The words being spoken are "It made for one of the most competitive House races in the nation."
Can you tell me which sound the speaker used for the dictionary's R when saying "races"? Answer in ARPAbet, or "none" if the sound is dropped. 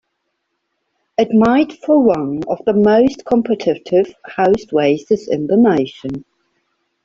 W